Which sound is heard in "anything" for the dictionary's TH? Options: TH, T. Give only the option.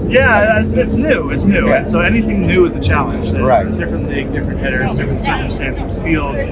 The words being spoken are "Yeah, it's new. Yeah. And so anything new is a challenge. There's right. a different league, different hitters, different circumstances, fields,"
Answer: TH